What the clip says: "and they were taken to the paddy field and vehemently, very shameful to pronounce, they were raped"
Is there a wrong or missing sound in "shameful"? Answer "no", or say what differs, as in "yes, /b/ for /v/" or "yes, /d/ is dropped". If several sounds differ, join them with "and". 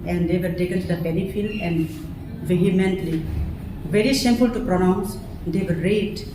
yes, /s/ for /ʃ/